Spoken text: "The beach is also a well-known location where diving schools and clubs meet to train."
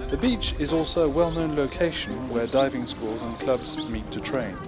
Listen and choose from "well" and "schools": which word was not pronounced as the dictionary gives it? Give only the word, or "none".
none